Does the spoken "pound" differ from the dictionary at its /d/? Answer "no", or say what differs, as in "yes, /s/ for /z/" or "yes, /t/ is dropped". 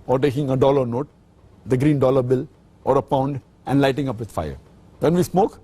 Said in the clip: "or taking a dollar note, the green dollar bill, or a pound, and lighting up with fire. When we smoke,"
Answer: no